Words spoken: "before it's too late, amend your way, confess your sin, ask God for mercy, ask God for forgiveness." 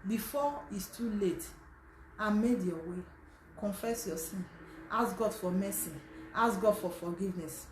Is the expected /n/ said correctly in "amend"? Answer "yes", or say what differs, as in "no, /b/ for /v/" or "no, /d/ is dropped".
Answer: no, /n/ is dropped